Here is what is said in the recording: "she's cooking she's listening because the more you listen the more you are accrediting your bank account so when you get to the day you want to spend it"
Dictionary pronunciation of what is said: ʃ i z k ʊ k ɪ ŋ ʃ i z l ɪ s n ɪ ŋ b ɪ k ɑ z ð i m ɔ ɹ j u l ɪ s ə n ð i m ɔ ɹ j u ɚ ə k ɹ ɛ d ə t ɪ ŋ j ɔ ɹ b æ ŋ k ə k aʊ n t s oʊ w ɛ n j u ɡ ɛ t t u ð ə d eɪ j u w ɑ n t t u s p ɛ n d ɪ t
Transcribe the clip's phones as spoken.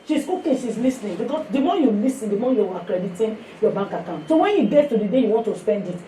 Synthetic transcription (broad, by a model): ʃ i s k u k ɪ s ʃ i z l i s n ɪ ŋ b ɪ k ɑ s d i m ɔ j u l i s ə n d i m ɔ j u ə k ɹ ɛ d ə t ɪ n j ɔ b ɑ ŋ k ə k aʊ n t s oʊ w ɛ n j u ɡ ɛ t t u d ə d eɪ j u w ɑ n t t u s p ɛ n d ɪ t